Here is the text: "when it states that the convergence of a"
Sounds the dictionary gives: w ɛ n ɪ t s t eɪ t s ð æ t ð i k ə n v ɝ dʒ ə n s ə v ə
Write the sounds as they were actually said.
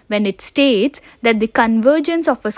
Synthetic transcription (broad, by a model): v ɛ n ɪ t s t eɪ t s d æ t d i k ə n v ɝ dʒ ə n s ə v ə